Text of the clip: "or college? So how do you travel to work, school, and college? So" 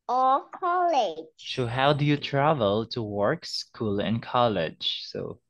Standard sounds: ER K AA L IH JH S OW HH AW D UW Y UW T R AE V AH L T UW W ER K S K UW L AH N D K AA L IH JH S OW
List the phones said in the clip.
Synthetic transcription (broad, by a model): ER K AA L IH JH S OW HH AW D UW Y UW T R AE V AH L T UW W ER K S K UW L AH N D K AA L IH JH S OW